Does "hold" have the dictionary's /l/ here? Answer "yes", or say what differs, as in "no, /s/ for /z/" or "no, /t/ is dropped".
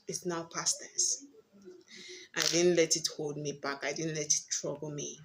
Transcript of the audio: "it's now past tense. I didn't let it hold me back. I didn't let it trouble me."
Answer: yes